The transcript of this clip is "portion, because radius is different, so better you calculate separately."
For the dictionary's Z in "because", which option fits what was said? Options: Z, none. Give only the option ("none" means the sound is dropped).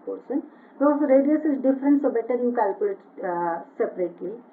none